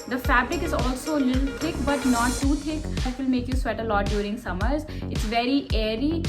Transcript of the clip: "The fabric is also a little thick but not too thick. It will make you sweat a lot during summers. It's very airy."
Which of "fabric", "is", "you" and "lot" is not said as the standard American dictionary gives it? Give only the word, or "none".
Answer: none